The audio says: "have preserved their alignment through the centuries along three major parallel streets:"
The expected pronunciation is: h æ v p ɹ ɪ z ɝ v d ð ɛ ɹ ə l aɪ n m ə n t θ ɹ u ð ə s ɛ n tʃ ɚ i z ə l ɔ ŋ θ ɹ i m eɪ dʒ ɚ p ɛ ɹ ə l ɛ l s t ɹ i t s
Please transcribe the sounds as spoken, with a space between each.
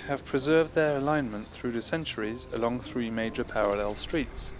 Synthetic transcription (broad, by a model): h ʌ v p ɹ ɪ z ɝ v d ð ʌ ɹ ə l aɪ n m ə n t θ ɹ u ð ə s ɛ n tʃ ɚ i z ə l ɔ ŋ θ ɹ i m eɪ dʒ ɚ p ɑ ɹ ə l ɛ l s t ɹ i t s